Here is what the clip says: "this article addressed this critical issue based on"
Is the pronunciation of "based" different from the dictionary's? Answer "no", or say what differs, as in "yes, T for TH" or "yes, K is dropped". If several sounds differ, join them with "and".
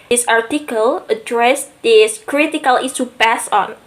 yes, T is dropped